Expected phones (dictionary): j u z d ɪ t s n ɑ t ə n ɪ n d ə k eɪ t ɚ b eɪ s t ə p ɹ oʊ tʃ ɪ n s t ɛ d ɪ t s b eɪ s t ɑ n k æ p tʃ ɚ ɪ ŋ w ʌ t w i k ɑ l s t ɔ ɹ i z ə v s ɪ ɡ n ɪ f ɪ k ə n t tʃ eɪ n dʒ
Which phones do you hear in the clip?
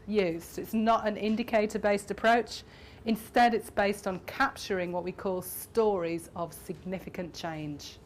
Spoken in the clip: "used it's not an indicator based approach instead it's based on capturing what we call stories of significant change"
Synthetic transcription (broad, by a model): j u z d ɪ t s n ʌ t ə n ɪ n d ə k eɪ t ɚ b eɪ s t ə p ɹ oʊ tʃ ɪ n s t ɛ d ɪ t s b eɪ s t n k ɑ p tʃ ɚ ɪ ŋ w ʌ t w i k ɑ l s t ɔ ɹ i z ə v s ɪ ɡ n ɪ f ɪ k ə n tʃ eɪ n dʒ